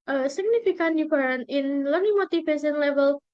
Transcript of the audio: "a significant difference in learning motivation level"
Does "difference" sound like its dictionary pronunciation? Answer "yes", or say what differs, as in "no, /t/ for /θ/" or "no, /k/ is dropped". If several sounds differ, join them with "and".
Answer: no, /s/ is dropped